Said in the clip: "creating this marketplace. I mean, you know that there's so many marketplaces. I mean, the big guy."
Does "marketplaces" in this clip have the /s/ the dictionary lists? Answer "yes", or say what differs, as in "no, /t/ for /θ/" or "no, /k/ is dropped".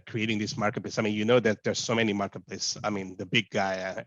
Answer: no, /s/ is dropped